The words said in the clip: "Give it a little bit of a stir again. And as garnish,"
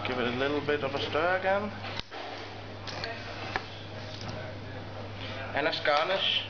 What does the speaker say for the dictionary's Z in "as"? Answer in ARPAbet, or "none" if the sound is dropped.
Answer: S